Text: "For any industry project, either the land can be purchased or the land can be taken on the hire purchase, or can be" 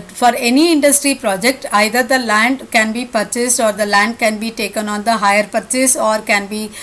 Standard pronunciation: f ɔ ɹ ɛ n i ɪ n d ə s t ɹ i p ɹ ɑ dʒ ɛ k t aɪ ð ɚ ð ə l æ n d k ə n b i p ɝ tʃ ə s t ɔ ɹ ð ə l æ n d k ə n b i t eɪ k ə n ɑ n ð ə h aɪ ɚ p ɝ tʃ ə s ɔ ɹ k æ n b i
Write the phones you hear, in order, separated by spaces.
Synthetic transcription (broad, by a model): f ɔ ɹ ɛ n i ɪ n d ə s t ɹ i p ɹ ɑ dʒ ɛ k t aɪ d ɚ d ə l æ n d k ə n b i p ɝ tʃ ə s t ɔ ɹ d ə l æ n d k ə n b i t eɪ k ə n ɑ n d ə h aɪ ɚ p ɝ tʃ ə s ɔ ɹ k æ n b i